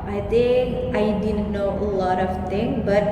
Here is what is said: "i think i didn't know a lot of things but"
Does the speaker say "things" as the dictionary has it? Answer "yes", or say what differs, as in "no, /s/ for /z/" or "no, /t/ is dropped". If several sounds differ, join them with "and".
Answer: no, /t/ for /θ/ and /z/ is dropped